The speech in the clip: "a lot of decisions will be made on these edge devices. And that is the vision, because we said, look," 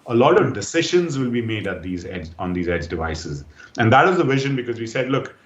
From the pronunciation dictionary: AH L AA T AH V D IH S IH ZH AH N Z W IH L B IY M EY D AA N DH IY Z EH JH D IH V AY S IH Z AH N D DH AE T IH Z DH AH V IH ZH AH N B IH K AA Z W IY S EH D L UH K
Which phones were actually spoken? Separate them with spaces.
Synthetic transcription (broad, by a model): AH L AA T AH V D IH S IH ZH AH N Z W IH L B IY M EY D AA N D IY Z EH JH D IH V AY S IH Z AH N D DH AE T IH Z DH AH V IH ZH AH N B IH K AA Z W IY S EH D L UH K